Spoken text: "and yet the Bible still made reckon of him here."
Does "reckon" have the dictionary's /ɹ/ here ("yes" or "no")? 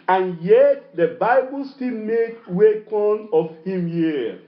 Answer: no